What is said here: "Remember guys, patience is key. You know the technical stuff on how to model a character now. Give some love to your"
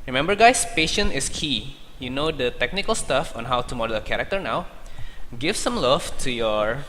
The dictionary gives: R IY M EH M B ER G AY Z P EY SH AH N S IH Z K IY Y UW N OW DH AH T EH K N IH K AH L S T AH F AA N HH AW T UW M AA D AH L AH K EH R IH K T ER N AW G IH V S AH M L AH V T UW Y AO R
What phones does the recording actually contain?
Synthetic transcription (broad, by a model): R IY M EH M B ER G AY S P EY SH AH N IH S K IY Y UW N OW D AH T EH K N IH K AH L S T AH F AA N HH AW T UW M AA D AH L AH K EH R IH K T ER N AW G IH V S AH M L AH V T UW Y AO R